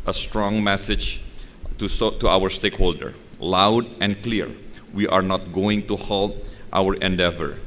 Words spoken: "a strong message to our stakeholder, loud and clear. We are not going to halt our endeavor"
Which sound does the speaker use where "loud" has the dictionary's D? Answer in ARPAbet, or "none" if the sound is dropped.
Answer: D